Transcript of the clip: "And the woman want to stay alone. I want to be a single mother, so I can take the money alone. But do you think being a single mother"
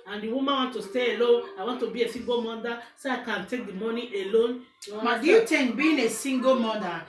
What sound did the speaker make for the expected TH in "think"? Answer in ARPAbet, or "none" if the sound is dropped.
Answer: T